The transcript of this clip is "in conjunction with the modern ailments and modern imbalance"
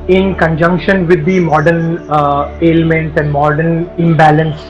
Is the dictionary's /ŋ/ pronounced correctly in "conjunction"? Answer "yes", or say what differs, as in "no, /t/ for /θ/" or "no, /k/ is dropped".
yes